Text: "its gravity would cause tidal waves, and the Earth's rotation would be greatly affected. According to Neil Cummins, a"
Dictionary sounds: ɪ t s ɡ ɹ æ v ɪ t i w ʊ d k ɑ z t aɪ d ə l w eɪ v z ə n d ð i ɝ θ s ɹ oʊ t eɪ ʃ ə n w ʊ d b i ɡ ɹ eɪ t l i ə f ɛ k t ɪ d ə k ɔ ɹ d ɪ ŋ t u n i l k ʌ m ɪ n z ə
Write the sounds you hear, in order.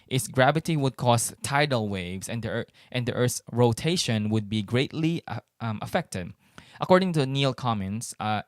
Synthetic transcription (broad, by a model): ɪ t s ɡ ɹ æ v ɪ t i w ʊ d k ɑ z t aɪ d ə l w eɪ v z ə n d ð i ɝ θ ɹ oʊ t eɪ ʃ ə n w ʊ d b i ɡ ɹ eɪ t l i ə f ɛ k t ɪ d ə k ɔ ɹ d ɪ ŋ t u n i l k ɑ m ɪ n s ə